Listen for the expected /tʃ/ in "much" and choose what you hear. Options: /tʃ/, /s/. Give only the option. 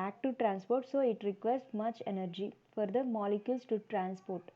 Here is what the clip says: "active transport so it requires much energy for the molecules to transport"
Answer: /tʃ/